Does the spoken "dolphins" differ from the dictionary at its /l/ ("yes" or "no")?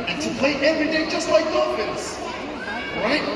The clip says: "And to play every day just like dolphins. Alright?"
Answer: yes